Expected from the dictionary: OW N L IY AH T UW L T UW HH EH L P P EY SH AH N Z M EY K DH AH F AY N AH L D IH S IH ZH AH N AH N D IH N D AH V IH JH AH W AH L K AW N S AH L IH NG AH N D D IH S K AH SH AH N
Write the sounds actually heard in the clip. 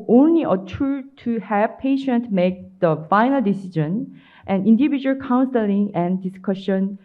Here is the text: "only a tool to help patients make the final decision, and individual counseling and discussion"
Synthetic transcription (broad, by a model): OW N L IY AH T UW T UW HH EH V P P EY SH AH N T M EY K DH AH F AY N AH L D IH S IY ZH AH N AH N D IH N D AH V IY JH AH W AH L K AW N S AH L IH NG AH N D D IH S K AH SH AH N